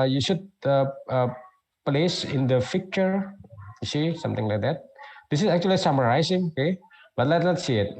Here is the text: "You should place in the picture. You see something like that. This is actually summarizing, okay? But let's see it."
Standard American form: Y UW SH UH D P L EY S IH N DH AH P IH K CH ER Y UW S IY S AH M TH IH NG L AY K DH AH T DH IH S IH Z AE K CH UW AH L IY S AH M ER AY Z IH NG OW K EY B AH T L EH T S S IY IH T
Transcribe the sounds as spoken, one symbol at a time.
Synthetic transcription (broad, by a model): Y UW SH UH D P L EY S IH N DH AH F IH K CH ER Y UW S IY S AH M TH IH NG L AY K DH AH T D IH S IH S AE K CH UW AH L IY S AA M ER AY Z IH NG OW K EY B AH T L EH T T S IY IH T